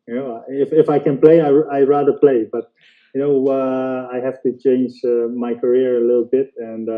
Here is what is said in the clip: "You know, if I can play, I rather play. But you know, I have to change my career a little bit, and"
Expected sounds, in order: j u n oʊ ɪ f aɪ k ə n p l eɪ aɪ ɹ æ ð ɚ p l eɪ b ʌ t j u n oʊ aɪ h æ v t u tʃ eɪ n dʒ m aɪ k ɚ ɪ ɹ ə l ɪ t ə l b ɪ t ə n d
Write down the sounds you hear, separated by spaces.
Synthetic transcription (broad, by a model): j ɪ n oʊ ɪ f aɪ k ə n p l eɪ aɪ ɹ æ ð ɚ p l eɪ b ʌ t j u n oʊ aɪ h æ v t u tʃ eɪ n dʒ m aɪ k ɚ ɪ ɹ ə l ɪ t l b ɪ t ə n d